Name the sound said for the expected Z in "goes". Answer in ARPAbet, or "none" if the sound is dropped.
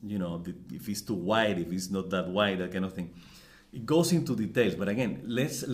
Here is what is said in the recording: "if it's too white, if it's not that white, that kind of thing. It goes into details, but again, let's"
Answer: S